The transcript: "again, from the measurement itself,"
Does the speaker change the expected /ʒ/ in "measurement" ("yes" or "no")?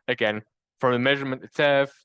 no